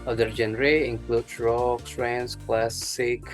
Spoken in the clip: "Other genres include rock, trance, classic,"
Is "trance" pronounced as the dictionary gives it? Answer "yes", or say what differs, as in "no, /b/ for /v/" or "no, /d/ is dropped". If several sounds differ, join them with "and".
no, /s/ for /t/